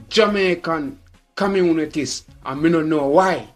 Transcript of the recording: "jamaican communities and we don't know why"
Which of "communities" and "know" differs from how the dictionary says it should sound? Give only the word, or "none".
communities